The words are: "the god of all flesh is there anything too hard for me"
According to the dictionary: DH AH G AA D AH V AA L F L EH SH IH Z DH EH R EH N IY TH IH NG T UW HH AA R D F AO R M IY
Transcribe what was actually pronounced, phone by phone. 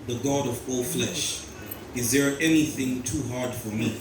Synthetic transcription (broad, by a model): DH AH G AA D AH V AA L F L EH SH IH Z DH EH R EH N IY TH IH NG T UW HH AA R D F AO R M IY